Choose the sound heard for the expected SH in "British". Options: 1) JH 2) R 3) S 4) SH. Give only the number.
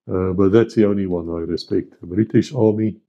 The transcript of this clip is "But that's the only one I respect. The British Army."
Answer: 4